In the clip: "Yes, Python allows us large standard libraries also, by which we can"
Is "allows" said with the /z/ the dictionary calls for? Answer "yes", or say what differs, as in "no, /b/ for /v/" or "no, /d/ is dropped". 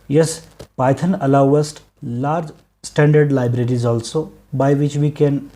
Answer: no, /z/ is dropped